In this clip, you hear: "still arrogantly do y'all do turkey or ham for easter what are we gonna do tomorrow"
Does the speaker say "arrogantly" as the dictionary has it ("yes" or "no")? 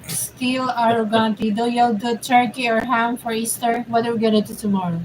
no